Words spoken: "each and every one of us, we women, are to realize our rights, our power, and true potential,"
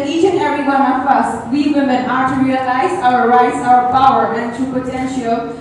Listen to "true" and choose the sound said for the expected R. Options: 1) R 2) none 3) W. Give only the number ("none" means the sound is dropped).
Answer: 2